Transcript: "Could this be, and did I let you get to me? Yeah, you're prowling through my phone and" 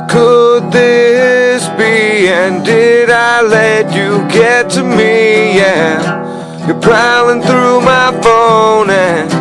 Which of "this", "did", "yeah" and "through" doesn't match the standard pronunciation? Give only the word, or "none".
none